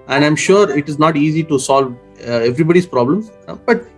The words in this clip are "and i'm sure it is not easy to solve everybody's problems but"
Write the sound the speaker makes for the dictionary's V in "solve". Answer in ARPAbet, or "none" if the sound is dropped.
V